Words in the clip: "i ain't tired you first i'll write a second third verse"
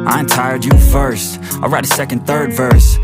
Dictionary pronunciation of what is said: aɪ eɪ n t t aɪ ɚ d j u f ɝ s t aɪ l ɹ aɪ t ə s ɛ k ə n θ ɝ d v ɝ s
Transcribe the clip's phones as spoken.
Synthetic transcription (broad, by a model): aɪ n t t aɪ ɚ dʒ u f ɝ s t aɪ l ɹ aɪ t ə s ɛ k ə n θ ɝ d v ɝ s